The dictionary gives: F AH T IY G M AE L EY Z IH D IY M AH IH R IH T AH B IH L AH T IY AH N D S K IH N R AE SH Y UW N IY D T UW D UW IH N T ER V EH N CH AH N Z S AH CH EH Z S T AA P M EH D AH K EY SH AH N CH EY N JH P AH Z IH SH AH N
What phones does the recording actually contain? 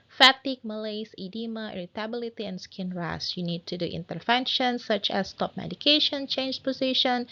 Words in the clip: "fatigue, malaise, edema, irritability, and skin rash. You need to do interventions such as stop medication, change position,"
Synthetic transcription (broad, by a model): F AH T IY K M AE L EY S IH D IY M AH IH R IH T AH B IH L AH T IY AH N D S K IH N R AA S Y UW N IY D T UW D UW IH N T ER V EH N SH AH N S AH CH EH S T AA P M EH D AH K EY SH AH N CH EY N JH P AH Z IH SH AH N